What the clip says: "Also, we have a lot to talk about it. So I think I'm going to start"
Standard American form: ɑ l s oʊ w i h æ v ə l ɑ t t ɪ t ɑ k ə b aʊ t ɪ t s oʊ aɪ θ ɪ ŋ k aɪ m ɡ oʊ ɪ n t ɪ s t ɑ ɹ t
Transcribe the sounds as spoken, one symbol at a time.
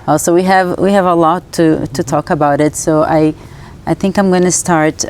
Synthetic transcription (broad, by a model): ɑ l s oʊ w i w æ v ə l ɑ t t ɪ t ɑ k ə b aʊ t ɪ t s oʊ aɪ θ ɪ ŋ k aɪ m ɡ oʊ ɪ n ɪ s t ɑ ɹ t